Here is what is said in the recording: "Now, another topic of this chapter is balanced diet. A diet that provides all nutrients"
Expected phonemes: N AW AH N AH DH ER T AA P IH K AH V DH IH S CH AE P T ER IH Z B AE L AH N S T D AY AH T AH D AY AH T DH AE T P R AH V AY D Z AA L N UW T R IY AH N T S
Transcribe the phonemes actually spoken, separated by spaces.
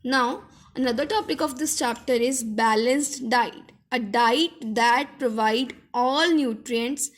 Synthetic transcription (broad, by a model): N AW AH N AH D ER T AA P IH K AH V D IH S CH AE P T ER IH Z B AE L AH N S T D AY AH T AH D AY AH T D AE T P R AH V AY D AA L N UW T R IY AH N T S